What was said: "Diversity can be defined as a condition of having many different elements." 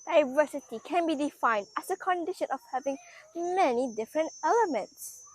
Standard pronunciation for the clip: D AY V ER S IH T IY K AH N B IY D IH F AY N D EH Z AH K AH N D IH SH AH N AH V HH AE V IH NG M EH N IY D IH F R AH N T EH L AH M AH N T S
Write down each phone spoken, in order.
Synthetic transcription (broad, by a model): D AY V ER S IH T IY K AH N B IY D IH F AY N D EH S AH K AH N D IH SH AH N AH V HH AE V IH NG M EH N IY D IH F R AH N T EH L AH M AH N T S